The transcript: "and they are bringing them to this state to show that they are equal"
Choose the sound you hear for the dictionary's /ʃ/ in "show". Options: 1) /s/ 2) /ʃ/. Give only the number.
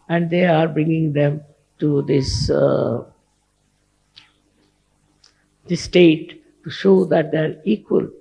2